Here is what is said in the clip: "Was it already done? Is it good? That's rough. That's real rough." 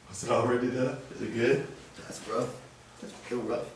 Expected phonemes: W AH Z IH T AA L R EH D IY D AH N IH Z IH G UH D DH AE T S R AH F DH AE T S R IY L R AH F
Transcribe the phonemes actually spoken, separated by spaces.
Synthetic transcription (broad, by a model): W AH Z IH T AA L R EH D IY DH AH IH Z IH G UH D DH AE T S R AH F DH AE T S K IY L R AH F